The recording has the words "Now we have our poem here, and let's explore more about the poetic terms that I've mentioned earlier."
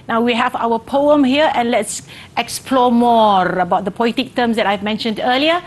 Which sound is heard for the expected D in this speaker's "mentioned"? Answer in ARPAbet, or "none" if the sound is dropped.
D